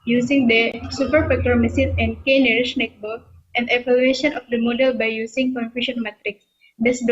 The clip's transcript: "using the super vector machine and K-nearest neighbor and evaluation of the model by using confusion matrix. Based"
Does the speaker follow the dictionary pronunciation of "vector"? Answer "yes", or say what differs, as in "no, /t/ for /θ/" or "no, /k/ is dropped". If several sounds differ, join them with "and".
no, /p/ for /v/